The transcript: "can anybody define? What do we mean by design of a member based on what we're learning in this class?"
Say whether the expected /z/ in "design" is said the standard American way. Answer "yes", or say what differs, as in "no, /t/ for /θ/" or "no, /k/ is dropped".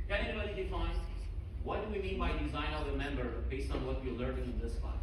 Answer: yes